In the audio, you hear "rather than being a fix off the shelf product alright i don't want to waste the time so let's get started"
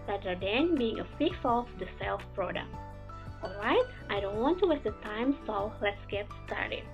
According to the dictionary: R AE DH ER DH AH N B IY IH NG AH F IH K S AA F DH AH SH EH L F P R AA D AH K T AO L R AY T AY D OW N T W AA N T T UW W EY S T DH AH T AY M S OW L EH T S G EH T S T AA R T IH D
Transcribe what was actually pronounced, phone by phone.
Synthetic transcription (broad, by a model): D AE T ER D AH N B IY IH NG AH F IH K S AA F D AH S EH L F P R AA D AH K T AO L R AY T AY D OW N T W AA N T T UW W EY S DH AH T AY M S OW L EH T S G EH T S T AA R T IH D